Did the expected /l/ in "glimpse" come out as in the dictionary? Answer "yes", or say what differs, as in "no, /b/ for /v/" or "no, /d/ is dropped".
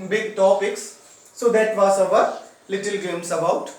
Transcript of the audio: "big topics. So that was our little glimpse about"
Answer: no, /l/ is dropped